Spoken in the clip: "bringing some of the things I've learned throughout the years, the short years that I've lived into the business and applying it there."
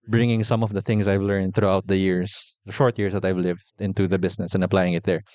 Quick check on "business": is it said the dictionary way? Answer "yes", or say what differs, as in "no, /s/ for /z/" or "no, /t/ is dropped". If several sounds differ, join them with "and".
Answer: no, /s/ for /z/